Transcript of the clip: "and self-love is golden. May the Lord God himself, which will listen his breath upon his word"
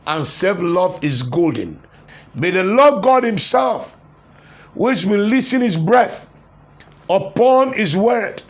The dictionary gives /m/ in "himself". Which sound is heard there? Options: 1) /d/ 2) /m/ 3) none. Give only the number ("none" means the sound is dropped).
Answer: 2